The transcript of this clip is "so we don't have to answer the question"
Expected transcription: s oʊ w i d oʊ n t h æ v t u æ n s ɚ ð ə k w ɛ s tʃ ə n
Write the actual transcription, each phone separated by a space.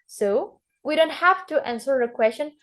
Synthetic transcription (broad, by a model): s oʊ w i d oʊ n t h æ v t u æ n s ɚ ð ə k w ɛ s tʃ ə n